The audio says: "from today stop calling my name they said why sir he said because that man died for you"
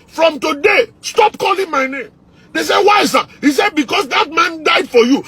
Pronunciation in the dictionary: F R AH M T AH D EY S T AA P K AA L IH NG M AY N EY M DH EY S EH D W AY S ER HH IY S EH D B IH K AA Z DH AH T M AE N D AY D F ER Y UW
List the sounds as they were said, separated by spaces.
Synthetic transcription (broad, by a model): F R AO M T AH D EY S T AA P K AA L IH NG M AY N EY M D EY S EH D W AY S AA HH IY S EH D B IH K AA S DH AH T M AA N D AY D F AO Y UW